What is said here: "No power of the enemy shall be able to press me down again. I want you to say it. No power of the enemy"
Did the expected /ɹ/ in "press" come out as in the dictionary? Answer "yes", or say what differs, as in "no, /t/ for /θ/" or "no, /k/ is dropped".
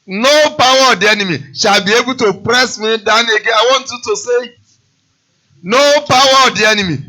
yes